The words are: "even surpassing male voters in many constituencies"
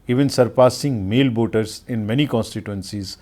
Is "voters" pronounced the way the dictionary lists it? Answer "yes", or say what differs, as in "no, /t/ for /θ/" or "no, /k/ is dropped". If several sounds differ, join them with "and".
no, /b/ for /v/